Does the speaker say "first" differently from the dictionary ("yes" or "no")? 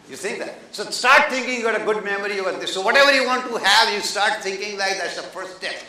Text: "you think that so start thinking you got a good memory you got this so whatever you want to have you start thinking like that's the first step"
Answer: yes